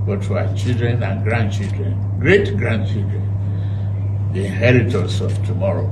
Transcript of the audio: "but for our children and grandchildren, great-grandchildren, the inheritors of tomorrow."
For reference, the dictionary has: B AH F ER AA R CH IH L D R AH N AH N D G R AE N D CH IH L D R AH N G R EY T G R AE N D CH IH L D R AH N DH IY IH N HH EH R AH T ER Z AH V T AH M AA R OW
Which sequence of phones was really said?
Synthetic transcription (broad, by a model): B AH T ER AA CH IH L D R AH N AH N G R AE N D CH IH L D R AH N G R EY T G R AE N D CH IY L D R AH N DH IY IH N HH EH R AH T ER S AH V T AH M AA R OW